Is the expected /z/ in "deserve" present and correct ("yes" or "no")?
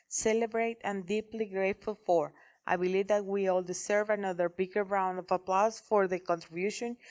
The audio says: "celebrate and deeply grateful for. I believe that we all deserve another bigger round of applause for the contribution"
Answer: no